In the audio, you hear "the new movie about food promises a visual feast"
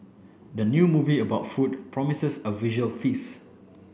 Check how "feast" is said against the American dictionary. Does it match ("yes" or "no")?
no